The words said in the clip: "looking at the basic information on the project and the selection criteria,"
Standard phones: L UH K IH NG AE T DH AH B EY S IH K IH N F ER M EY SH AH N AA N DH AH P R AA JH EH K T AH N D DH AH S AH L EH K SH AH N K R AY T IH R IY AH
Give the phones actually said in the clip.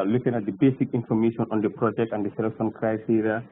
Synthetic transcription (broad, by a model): L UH K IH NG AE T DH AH B EY S IH K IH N F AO M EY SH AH N AA N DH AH P R AA JH EH K T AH N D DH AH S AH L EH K S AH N K R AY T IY R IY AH